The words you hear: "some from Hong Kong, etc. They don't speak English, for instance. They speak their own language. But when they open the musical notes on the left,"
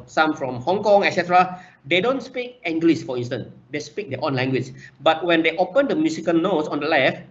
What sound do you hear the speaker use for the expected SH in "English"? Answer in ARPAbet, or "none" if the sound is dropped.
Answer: S